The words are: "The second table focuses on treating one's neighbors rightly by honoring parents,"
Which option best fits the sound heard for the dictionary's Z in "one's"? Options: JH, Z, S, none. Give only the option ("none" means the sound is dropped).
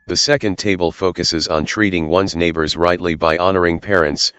Z